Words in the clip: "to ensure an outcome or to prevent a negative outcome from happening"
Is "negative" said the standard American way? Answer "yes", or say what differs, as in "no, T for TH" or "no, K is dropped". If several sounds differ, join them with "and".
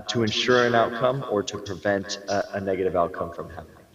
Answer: yes